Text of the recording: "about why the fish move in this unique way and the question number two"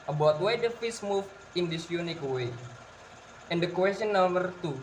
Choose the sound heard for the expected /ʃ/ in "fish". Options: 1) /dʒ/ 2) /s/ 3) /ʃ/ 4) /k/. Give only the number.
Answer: 2